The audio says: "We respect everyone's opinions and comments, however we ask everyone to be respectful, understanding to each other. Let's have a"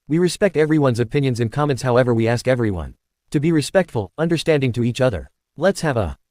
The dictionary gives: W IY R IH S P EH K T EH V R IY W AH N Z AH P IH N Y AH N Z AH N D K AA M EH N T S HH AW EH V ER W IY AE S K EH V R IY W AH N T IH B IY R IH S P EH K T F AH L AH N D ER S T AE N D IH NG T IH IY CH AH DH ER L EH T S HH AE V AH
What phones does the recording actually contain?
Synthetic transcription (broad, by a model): W IY R IH S P EH K T EH V R IY W AH N Z AH P IH N Y AH N Z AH N K AA M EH N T S HH AW EH V ER W IY AE S K EH V R IY W AH N T IH B IY R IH S P EH K T F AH L AH N D ER S T AE N D IH NG T IH IY CH AH DH ER L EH T S HH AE V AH